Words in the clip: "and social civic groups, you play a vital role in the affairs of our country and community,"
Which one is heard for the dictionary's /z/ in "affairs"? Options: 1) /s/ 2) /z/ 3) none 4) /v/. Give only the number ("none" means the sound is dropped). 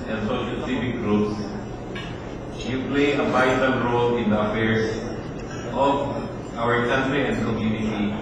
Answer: 1